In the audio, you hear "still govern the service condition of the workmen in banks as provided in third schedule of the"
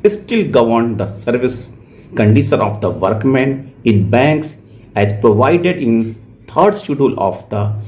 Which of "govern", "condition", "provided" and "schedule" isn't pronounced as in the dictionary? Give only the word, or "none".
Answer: schedule